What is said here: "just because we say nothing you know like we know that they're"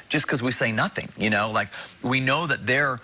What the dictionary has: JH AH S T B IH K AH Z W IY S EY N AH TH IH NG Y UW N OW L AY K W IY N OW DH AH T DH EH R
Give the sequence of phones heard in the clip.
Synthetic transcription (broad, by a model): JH AH S K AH Z W IY S EY N AH TH IH NG Y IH N OW L AY K W IY N OW DH AH T DH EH R